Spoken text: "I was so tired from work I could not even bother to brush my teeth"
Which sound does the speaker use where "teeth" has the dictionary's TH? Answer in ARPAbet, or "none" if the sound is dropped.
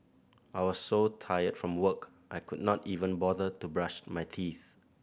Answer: TH